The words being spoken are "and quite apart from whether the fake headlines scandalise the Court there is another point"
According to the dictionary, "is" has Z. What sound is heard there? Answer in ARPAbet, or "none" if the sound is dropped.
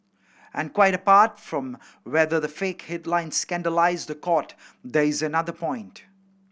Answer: Z